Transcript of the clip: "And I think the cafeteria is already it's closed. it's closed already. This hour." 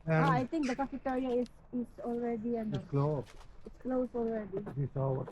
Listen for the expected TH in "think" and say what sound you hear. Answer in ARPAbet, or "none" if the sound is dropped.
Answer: T